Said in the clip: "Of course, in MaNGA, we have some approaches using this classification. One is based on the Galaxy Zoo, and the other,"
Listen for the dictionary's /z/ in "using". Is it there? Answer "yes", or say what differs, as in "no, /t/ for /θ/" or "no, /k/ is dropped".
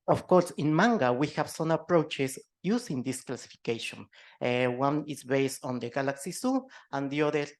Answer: no, /s/ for /z/